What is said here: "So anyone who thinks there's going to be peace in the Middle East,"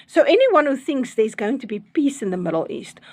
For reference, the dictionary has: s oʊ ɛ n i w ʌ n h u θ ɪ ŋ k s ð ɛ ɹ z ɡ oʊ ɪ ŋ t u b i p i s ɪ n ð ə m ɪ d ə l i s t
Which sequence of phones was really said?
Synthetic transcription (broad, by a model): s oʊ ɛ n i w ʌ n h u θ ɪ ŋ k s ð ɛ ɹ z ɡ oʊ ɪ ŋ t u b i p i s ɪ n ð ə m ɪ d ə l i s t